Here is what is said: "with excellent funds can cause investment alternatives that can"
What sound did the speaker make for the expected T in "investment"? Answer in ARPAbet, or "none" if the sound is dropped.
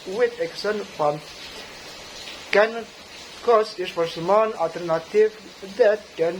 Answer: none